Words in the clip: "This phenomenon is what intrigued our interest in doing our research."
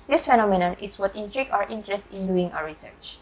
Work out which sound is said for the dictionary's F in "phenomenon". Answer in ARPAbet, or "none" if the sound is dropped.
F